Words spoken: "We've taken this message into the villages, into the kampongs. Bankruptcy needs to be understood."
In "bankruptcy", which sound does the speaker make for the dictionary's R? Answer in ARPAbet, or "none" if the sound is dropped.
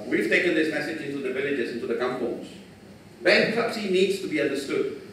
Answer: none